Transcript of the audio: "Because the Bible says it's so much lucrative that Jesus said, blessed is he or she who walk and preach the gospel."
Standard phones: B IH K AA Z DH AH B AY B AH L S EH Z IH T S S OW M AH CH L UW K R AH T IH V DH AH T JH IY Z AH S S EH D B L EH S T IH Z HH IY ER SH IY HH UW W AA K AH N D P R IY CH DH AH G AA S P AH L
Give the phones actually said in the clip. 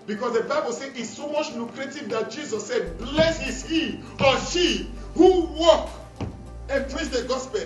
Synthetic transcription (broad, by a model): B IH K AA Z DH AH B AY B AH L S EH IH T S S OW M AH CH L UW K R AH T IH V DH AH T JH IY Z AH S S EH D B L EH S IH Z HH IY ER S IY HH UW W AA K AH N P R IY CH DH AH G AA S P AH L